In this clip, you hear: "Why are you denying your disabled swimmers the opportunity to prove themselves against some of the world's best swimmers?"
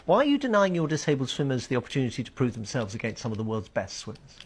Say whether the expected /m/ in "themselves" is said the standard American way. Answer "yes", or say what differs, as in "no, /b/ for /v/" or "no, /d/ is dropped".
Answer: yes